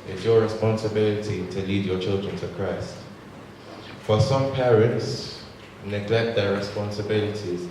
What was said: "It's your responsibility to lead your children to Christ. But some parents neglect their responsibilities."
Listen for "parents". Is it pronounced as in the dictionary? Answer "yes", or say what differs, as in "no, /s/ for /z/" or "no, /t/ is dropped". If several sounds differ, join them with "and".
yes